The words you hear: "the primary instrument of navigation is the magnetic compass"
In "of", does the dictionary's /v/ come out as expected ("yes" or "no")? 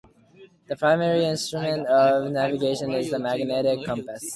yes